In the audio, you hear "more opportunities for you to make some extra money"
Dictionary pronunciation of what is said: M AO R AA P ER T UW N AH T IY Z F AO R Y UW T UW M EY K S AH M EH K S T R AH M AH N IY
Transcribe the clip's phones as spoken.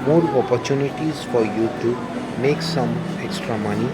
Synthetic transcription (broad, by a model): M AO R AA P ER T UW N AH T IY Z F AO R Y UW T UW M EY K S AH M EH K S T R AH M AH N IY